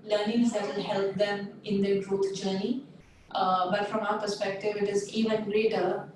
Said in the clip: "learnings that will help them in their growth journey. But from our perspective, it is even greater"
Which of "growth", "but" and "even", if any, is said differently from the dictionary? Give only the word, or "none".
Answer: growth